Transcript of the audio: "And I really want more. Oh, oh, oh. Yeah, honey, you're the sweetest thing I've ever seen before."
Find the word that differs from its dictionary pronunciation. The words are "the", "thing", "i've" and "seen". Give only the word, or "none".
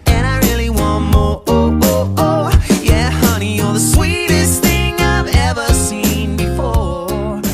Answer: none